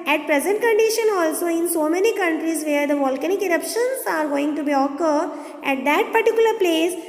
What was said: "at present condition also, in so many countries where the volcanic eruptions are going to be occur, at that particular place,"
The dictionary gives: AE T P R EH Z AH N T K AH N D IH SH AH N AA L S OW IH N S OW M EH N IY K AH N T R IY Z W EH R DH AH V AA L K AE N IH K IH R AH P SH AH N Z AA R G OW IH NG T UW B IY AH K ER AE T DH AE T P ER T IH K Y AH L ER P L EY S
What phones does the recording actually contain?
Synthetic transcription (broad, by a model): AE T P R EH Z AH N T K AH N D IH SH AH N AA L S OW IH N S OW M EH N IY K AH N T R IY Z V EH R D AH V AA L K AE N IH K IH R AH P SH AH N S AA R G OW IH NG T UW B IY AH K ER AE T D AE T P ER T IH K Y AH L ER P L EY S